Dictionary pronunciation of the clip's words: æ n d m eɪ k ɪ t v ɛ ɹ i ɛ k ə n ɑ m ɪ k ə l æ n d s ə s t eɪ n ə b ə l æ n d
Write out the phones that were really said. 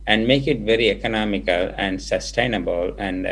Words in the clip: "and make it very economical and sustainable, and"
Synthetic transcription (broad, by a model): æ n d m eɪ k ɪ t v ɛ ɹ i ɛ k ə n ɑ m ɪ k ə l æ n d s ə s t eɪ n ə b ə l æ n d